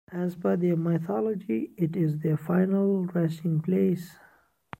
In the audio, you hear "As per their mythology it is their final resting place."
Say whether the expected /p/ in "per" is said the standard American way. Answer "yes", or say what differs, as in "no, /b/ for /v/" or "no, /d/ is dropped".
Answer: no, /b/ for /p/